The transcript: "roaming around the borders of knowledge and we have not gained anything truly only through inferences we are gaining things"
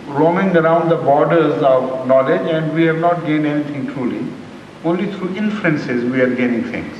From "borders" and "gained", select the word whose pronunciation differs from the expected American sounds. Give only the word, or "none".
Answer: gained